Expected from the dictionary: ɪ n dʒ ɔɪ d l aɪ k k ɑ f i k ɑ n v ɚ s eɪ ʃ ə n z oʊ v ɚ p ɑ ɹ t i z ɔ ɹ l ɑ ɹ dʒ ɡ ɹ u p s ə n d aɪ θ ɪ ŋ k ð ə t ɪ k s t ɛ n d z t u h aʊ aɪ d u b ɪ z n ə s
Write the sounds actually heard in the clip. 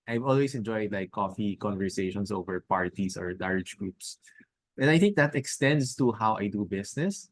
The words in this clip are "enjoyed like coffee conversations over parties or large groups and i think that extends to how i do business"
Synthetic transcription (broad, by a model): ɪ n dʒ ɔɪ d l aɪ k k ɑ f i k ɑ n v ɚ s eɪ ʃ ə n s oʊ v ɚ p ɑ ɹ t i s ɔ ɹ l ɑ ɹ dʒ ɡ ɹ u p s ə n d aɪ θ ɪ ŋ k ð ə t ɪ k s t ɛ n d s t u h aʊ aɪ d u b ɪ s n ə s